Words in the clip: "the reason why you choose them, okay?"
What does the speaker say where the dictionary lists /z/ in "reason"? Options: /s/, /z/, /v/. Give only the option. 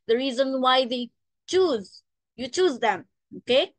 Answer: /z/